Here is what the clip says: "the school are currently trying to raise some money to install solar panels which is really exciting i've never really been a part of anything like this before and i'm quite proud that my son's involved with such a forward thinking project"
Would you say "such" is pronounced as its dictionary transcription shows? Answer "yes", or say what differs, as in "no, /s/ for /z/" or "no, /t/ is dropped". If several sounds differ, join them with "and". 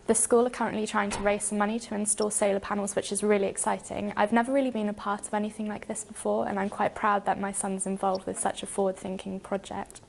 yes